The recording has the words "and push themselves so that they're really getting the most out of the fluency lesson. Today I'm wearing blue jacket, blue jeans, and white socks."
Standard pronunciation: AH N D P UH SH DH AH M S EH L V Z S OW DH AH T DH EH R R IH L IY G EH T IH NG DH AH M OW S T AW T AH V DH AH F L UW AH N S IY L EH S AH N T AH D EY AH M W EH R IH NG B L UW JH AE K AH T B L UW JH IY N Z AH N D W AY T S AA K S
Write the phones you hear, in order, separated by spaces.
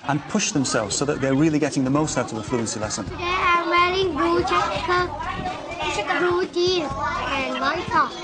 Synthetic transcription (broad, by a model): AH N P UH SH DH AH M S EH L V Z S OW DH AH T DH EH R R IH L IY G EH T IH NG DH AH M OW S T AW T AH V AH F L UW AH N S IY L EH S AH N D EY AH M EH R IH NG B UW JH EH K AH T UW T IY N AH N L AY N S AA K